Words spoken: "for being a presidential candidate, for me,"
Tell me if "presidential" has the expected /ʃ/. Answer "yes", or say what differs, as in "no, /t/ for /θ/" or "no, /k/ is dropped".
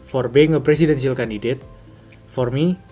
no, /s/ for /ʃ/